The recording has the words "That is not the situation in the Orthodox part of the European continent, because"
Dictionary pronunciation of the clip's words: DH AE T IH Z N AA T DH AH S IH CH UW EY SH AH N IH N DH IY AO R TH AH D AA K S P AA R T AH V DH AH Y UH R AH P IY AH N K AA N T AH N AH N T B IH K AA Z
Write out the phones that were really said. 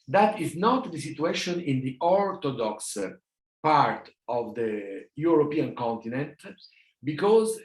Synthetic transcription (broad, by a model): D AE T IH Z N AA T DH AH S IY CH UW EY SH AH N IH N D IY AO R T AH D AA K S P AA R T AH V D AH Y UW R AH P IY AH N K AA N T AH N AH N T B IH K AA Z